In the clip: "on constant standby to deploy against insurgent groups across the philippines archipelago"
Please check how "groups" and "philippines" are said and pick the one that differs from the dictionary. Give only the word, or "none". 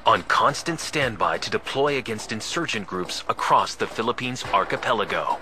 none